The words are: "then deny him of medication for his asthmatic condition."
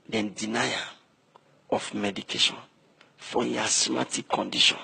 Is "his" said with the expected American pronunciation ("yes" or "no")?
no